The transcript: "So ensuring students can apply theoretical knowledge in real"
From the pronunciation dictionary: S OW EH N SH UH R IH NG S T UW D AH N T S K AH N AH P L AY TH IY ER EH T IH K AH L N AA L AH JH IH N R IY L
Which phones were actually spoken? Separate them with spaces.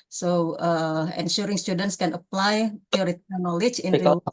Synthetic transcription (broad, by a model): S OW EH N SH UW R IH NG S T UW D AH N T S K AH N AH P L AY F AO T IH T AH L N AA L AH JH IH N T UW